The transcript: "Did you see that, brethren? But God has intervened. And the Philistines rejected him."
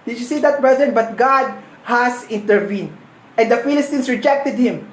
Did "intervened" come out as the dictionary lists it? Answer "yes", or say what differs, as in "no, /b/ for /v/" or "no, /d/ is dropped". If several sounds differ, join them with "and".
yes